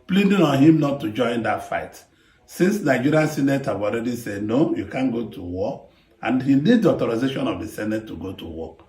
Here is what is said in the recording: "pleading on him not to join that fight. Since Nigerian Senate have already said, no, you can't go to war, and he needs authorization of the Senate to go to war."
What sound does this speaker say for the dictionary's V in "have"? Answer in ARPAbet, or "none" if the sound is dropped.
W